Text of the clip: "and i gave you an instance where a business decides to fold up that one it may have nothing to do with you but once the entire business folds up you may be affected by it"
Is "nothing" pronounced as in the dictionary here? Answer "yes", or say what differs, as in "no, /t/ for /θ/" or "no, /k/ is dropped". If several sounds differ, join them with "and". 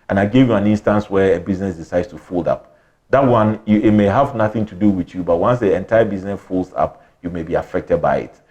yes